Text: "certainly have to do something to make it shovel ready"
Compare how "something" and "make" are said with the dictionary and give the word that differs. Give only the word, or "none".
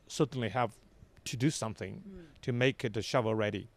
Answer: none